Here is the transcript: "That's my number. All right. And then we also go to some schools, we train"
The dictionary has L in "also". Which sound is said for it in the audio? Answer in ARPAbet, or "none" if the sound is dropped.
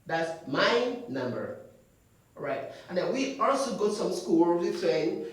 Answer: L